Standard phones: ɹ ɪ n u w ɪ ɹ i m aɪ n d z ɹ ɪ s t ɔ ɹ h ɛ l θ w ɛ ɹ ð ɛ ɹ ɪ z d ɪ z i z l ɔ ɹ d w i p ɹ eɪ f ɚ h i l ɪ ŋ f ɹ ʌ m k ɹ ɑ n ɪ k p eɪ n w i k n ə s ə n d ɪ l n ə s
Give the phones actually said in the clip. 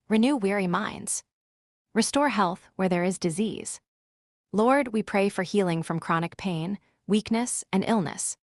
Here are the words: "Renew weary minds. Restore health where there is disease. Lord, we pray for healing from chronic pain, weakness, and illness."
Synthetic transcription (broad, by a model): ɹ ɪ n u w ɪ ɹ i m aɪ n d z ɹ ɪ s t ɔ ɹ h ɛ l θ w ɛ ɹ ð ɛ ɹ ɪ z d ɪ z i z l ɔ ɹ d w i p ɹ eɪ f ɚ h i l ɪ ŋ f ɹ ʌ m k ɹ ɑ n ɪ k p eɪ n w i k n ə s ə n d ɪ l n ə s